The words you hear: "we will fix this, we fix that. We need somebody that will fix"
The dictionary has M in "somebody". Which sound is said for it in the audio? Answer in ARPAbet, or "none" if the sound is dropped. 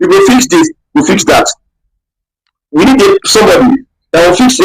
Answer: M